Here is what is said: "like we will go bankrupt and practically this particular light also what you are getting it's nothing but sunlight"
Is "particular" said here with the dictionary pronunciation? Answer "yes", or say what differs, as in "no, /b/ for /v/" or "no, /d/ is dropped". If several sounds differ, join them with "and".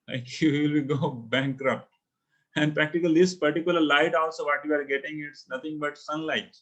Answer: yes